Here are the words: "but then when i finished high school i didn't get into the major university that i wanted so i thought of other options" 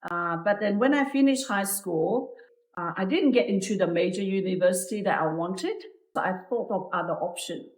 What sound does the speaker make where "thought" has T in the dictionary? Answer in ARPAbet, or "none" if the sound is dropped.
T